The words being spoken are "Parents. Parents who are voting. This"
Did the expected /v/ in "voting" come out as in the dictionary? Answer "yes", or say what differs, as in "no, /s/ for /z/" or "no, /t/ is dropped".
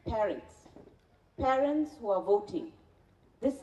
yes